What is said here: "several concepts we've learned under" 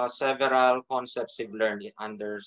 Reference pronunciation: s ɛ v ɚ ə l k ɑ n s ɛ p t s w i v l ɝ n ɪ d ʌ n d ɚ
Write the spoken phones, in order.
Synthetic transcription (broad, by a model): s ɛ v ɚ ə l k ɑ n s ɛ p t s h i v l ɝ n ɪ ʌ n d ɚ